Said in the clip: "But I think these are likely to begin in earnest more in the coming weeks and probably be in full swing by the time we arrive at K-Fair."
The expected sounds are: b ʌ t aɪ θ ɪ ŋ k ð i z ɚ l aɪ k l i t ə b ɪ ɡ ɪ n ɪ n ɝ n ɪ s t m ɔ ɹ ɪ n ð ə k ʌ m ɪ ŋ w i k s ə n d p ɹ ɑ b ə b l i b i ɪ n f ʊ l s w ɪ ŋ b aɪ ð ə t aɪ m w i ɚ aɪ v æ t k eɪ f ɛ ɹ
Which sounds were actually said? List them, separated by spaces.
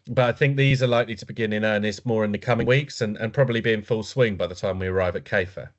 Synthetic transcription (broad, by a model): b ʌ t aɪ θ ɪ ŋ k ð i z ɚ l aɪ k l i t ə b ɪ ɡ ɪ n ɪ n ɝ n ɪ s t m ɔ ɹ ɪ n ð ə k ʌ m ɪ ŋ w i k s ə n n p ɹ ɑ b ə b l i b i ɪ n f ʊ l s w ɪ ŋ b aɪ ð ə t aɪ m w i ɚ aɪ v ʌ t k eɪ f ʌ